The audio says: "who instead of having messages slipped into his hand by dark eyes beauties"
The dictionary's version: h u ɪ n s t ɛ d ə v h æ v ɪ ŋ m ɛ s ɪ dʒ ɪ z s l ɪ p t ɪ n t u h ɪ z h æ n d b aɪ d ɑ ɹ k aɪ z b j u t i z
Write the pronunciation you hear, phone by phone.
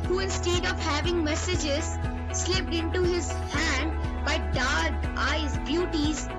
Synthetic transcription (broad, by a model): h u ɪ n s t ɛ d ə v h æ v ɪ ŋ m ɛ s ɪ dʒ ɪ z s l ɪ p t ɪ n t u h ɪ z h æ n d b aɪ d ɑ ɹ k aɪ z b j u t i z